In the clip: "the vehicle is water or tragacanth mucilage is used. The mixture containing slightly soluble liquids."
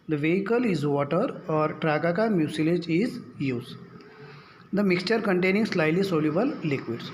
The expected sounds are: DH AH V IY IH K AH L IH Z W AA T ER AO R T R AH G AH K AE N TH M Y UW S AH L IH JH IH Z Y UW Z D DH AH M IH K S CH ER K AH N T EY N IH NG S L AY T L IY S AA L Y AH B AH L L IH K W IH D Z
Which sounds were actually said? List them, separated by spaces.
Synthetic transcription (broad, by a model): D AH V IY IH K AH L IH Z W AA T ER AO R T R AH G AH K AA M Y UW S AH L IH JH IH Z Y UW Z D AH M IH K S CH ER K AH N T EY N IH NG S L AY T L IY S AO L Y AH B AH L L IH K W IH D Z